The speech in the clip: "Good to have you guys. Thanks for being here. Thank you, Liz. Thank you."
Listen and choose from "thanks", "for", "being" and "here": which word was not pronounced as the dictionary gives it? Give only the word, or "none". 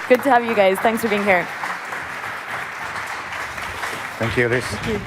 none